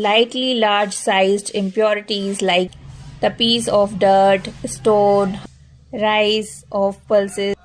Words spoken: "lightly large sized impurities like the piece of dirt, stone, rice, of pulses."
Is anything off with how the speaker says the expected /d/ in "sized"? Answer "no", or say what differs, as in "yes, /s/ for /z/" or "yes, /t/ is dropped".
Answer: no